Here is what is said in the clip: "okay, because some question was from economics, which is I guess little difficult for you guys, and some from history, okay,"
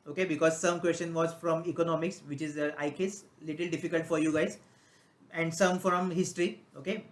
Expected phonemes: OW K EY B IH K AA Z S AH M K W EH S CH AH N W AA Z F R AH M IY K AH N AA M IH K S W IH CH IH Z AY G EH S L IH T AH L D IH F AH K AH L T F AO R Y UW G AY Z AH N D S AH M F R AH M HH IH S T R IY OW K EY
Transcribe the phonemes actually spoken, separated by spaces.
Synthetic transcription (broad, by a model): OW K EY B IH K AA Z S AH M K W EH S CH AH N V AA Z F R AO M IY K AH N AA M IH K S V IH CH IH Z AY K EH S L IH T AH L D IH F AH K AH L T F AO R Y UW G AY Z AH N D S AH M F R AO M HH IH S T R IY OW K EY